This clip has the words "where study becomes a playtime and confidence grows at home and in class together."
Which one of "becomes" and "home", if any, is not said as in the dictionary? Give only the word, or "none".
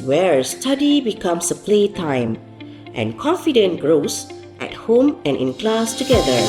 becomes